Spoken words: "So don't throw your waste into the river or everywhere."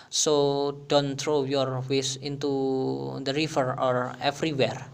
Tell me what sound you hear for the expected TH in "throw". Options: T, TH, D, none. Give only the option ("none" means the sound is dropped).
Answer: T